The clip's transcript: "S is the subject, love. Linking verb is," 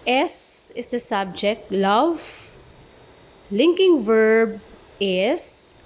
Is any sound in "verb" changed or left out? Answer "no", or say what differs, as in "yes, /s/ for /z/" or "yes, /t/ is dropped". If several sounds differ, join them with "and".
no